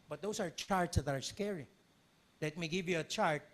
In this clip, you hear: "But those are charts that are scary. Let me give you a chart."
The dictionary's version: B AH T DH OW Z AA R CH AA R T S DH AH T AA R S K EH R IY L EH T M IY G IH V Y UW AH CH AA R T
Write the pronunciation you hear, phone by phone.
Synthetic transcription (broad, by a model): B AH T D OW S AA R CH AA R T S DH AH T AA R S K EH R IY L EH T M IY G IH V Y UW AH CH AA R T